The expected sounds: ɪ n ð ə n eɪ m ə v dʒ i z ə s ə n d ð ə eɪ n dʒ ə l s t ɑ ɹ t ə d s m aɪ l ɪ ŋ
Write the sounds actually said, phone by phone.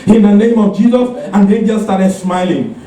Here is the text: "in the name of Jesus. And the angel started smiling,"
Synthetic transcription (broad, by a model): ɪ n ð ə n eɪ m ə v dʒ i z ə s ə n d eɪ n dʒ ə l s t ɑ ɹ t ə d s m aɪ l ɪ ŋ